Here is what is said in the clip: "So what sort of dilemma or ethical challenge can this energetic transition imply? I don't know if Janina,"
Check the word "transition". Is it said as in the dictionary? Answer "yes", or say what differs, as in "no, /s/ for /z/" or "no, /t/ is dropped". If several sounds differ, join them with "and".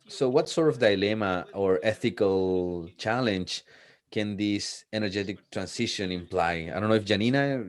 no, /s/ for /z/